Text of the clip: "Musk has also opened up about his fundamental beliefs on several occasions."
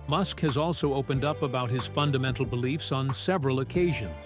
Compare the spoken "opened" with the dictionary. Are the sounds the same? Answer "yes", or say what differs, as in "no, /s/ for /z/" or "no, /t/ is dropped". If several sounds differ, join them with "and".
yes